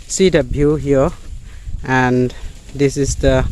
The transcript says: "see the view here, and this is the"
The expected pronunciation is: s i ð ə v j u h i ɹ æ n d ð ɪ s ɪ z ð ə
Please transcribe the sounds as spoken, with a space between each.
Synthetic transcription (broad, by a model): s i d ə b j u h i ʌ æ n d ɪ s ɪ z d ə